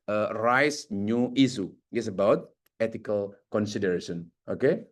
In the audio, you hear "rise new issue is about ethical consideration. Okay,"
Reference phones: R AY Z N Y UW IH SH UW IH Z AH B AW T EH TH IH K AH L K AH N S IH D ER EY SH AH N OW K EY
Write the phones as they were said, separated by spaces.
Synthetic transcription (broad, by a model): R AY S N Y UW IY S UW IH S AH B AW T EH T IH K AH L K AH N S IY D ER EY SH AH N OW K EY